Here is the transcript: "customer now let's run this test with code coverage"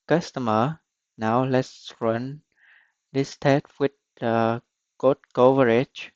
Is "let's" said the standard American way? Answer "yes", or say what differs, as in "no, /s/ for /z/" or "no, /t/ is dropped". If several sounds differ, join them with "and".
yes